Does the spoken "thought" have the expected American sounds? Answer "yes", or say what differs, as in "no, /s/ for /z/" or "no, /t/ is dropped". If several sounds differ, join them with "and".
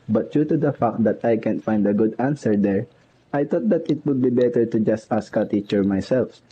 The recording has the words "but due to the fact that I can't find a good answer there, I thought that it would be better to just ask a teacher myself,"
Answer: no, /t/ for /θ/